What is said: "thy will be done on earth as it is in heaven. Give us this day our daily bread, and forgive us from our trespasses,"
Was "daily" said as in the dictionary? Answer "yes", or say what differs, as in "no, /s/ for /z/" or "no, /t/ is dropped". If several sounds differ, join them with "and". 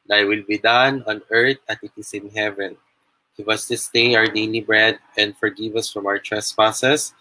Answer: no, /n/ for /l/